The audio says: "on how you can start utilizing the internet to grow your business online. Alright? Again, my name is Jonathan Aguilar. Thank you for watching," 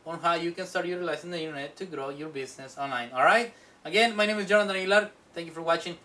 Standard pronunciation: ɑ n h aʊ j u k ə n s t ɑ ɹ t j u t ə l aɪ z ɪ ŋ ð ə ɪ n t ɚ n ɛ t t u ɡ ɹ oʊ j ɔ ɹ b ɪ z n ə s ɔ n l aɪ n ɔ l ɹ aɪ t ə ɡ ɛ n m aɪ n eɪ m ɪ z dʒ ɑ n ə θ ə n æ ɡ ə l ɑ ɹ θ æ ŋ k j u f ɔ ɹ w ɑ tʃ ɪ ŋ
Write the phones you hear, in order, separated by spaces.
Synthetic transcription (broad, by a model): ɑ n h aʊ j u k ə n s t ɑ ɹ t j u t l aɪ s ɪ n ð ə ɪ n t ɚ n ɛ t t u ɡ ɹ oʊ j ɔ ɹ b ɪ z n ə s ɔ n l aɪ n ɔ l ɹ aɪ t ə ɡ ɛ n m aɪ n eɪ m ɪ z dʒ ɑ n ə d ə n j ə l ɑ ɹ t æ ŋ k j u f ɔ ɹ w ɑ tʃ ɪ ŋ